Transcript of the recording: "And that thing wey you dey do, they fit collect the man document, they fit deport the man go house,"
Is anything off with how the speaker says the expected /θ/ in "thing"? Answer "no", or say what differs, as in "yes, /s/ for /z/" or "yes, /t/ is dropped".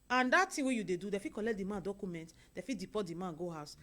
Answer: yes, /t/ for /θ/